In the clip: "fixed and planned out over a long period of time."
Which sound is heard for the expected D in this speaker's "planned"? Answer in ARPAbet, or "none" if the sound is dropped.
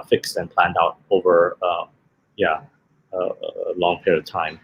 D